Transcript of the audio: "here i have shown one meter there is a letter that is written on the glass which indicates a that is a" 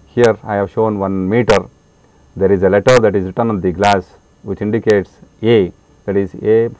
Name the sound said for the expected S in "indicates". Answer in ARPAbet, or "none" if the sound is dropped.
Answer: S